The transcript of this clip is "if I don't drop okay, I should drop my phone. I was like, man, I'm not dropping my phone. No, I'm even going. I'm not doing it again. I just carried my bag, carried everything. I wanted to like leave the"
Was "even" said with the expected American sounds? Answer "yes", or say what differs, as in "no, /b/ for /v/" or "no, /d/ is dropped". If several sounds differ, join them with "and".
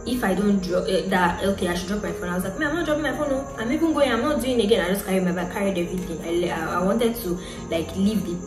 no, /b/ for /v/